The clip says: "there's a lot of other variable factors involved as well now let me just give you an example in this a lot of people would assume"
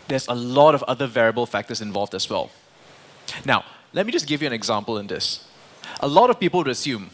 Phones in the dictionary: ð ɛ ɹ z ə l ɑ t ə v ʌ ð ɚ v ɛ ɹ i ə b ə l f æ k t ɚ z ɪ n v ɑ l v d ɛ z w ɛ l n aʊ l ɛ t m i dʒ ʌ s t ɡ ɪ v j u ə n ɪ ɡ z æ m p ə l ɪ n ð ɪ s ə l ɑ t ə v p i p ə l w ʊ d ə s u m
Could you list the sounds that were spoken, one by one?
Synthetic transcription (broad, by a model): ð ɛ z ə l ɑ t ə v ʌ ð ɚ v ɛ ɹ i ə b ə l f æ k t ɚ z ɪ n v ɑ l v d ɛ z w ɛ l n aʊ l ɛ t m i dʒ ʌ s ɡ ɪ v j u ə n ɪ ɡ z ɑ m p ə l ɪ n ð ɪ s ə l ɑ t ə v p i p ə l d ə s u m